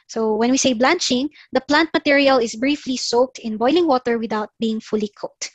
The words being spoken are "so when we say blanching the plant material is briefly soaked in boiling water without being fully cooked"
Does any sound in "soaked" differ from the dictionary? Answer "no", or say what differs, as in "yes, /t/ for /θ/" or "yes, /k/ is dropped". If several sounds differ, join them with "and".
no